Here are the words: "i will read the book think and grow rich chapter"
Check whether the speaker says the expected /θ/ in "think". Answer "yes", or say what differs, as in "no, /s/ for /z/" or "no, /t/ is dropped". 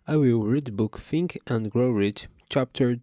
no, /f/ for /θ/